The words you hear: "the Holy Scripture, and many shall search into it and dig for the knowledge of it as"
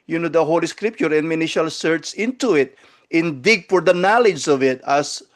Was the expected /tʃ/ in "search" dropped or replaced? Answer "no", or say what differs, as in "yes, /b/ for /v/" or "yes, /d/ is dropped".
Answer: yes, /s/ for /tʃ/